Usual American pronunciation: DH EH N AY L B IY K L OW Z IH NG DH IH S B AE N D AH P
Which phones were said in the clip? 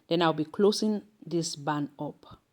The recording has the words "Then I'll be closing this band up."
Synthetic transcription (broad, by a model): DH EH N AY L B IY K L OW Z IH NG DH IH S B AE N AO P